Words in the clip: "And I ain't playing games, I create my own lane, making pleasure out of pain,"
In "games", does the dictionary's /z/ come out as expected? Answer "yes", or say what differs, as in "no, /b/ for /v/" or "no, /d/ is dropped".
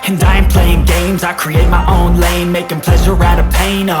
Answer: yes